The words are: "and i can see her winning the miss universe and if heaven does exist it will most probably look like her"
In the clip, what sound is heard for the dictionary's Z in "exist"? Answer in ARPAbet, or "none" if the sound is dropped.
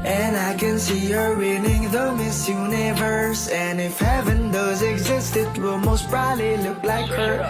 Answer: Z